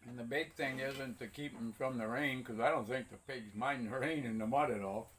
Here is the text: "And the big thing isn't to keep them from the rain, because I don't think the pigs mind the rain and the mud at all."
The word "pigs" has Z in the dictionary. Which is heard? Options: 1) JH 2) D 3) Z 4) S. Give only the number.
3